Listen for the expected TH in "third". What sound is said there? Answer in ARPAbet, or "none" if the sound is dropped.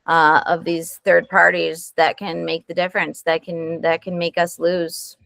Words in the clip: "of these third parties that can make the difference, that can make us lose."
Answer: TH